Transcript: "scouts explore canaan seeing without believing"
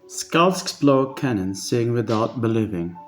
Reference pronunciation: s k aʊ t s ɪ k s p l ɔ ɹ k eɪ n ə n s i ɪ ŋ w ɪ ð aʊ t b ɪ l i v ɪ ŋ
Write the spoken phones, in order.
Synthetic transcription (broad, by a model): s k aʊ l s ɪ k s b l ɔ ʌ k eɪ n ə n s i ɪ ŋ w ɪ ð aʊ t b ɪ l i v ɪ ŋ